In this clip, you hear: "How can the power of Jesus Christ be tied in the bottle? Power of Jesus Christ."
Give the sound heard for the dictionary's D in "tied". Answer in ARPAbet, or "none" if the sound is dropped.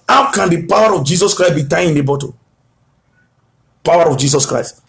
none